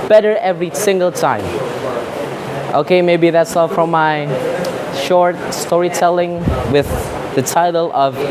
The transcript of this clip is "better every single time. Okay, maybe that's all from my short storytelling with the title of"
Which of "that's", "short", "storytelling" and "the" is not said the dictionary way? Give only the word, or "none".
none